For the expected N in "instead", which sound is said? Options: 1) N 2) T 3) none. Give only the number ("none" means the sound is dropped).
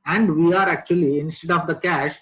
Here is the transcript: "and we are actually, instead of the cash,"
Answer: 1